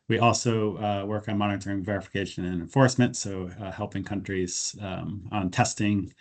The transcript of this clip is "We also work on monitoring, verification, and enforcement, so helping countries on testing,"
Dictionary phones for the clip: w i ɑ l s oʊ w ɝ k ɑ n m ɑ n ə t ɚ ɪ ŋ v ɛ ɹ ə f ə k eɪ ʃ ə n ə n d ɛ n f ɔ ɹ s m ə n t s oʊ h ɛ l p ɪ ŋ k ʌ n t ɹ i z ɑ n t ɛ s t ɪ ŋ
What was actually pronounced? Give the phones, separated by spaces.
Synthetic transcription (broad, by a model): w i ɑ l s oʊ w ɝ k n m ɑ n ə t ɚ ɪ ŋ v ɛ ɹ ə f ə k eɪ ʃ ə n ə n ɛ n f ɔ ɹ s m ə n t s oʊ h ɛ l p ɪ ŋ k ʌ n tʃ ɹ i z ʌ n t ɛ s t ɪ ŋ